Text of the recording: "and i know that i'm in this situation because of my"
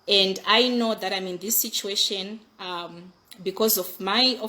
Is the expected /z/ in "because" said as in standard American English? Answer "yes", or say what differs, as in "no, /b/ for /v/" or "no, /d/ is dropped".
yes